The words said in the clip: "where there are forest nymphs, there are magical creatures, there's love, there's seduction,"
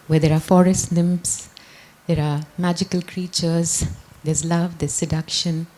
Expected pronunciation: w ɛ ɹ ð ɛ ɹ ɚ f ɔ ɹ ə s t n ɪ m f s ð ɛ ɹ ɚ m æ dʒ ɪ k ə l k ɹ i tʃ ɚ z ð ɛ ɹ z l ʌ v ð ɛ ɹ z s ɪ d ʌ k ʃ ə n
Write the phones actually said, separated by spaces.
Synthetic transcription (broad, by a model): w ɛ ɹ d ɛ ɹ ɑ f ɔ ɹ ə s t l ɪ m p s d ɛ ɹ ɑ m æ dʒ ɪ k ə l k ɹ i tʃ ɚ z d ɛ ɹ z l ʌ v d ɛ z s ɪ d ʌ k ʃ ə n